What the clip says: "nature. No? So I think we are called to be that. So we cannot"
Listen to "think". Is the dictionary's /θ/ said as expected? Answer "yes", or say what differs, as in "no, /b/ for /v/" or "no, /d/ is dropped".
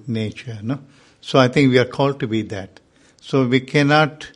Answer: no, /t/ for /θ/